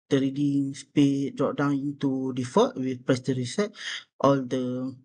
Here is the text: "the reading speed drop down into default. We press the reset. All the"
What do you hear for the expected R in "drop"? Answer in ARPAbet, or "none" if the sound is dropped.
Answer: none